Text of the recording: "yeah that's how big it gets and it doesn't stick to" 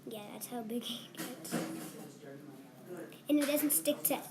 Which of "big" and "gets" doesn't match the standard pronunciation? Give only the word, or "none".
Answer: gets